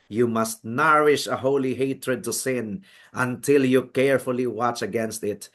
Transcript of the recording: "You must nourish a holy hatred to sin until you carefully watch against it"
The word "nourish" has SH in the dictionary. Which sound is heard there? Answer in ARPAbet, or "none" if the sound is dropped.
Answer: SH